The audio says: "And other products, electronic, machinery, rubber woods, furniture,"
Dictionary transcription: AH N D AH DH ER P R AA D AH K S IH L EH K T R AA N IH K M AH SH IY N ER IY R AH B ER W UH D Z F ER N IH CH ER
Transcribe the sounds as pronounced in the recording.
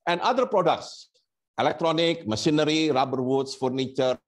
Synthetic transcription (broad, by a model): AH N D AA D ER P R AA D AH K S IH L EH K T R AA N IH K M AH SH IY N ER IY R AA B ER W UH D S F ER N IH CH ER